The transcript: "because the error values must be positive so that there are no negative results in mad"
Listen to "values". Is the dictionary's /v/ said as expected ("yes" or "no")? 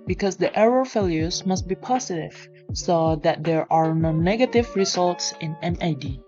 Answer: no